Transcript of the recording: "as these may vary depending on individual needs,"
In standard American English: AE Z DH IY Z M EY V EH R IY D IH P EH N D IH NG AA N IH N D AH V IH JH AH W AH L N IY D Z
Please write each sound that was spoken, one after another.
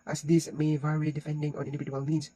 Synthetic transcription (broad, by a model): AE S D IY S M EY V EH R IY D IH F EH N D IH NG AA N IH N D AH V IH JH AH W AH L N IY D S